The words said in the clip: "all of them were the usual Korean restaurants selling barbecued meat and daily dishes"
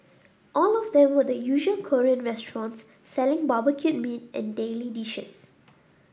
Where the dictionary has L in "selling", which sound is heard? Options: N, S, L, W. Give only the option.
L